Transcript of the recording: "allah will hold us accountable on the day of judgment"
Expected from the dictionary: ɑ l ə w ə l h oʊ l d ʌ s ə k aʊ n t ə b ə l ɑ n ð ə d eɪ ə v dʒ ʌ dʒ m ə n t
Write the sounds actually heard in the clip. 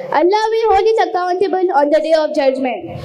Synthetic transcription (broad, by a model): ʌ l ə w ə h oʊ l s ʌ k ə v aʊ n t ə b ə n ɑ n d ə d eɪ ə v dʒ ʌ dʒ m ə n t